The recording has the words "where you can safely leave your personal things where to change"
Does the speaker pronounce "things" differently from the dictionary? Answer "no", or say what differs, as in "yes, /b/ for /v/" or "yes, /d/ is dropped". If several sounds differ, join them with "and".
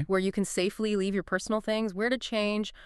no